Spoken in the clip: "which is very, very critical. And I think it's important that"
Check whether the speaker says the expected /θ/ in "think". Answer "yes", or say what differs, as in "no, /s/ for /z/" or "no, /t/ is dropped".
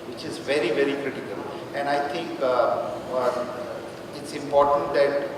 no, /t/ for /θ/